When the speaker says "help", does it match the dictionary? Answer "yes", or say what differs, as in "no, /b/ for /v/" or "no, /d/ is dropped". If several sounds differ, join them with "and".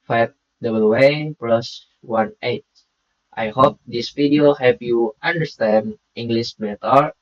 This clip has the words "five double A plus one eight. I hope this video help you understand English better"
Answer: no, /l/ is dropped